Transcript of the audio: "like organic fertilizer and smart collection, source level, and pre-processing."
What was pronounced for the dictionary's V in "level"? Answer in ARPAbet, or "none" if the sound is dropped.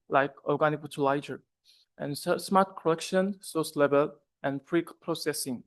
B